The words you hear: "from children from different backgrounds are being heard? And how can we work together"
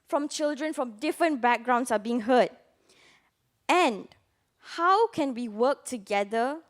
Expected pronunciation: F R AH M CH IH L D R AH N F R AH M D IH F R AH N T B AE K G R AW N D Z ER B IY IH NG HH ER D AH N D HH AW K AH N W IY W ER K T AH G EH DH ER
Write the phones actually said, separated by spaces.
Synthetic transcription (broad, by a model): F R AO M CH IH L D R AH N F R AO M D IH F R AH N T B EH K G R AW N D S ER B IY IH NG HH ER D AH N HH AW K AH N W IY W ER K T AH G EH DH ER